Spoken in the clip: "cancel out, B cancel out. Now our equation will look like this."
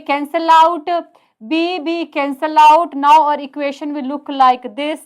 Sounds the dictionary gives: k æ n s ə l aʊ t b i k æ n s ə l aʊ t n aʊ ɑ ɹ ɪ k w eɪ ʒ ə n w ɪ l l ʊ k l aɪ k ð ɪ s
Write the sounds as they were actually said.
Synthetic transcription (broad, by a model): k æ n s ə l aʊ t b i k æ n s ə l aʊ t n aʊ ɑ ɹ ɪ k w eɪ ʃ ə n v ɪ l l ʊ k l aɪ k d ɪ s